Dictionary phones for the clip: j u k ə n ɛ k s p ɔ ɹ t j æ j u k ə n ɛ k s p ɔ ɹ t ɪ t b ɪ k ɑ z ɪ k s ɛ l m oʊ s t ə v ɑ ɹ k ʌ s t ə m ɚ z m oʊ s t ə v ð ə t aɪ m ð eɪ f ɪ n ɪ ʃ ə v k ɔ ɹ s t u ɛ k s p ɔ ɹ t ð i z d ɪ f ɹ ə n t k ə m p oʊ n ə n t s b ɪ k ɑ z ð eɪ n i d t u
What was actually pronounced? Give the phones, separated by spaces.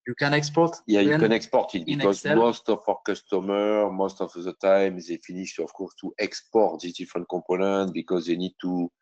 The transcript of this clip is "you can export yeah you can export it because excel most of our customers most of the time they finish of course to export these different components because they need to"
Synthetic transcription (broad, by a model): j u k ə n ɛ k s p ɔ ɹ t j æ j u k ə n ɛ k s p ɔ ɹ t ɪ t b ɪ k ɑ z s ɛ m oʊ s t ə f ɑ ɹ k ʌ s t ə m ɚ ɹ m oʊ s t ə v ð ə t aɪ m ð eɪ f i n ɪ ʃ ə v k ɔ ɹ s t u ɛ k s p ɔ ɹ t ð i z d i f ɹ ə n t k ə p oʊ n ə t b ɪ k ɑ z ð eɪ n i d t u